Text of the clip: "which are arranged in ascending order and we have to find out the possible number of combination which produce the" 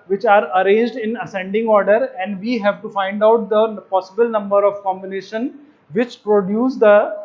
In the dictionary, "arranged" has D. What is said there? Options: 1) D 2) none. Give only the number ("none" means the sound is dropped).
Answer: 1